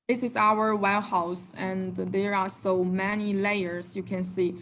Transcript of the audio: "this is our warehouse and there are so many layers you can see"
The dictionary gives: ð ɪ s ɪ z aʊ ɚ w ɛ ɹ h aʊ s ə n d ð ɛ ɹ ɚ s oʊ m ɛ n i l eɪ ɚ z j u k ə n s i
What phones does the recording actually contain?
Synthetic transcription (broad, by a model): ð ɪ s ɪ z aʊ ɚ w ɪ l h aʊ s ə n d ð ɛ ɹ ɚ s oʊ m ɛ n i l eɪ ɚ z j u k ə n s i